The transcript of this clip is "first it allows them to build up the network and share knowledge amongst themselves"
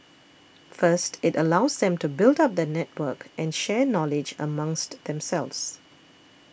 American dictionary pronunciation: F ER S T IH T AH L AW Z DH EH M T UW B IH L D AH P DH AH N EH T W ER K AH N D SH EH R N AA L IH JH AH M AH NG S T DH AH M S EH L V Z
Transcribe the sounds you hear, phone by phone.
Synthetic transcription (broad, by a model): F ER S T IH T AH L AW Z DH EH M T UW B IH L D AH P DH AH N EH T W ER K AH N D SH EH N AA L IH JH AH M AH NG S T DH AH M S EH L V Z